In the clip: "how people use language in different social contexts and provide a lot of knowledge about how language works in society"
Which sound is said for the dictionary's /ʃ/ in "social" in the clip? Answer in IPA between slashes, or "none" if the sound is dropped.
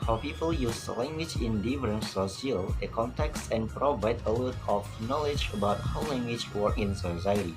none